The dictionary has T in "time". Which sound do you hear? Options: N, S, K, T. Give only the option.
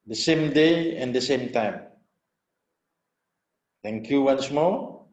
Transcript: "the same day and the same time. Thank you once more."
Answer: T